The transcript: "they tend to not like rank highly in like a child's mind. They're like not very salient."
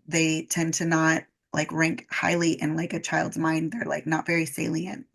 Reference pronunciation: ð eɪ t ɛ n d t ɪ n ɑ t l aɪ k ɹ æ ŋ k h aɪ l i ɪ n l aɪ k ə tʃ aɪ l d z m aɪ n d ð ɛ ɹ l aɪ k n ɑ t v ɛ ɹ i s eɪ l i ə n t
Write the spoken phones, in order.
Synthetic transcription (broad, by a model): ð eɪ t ɛ n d t ɪ n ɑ t l aɪ k ɹ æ ŋ k h aɪ l i ɪ n l aɪ k ə tʃ aɪ l d z m aɪ n d ð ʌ ɹ l aɪ k n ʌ t v ɛ ɹ i s eɪ l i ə n t